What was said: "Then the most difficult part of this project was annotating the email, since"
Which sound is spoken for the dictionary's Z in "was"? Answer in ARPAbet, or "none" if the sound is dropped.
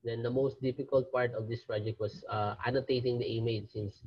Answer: S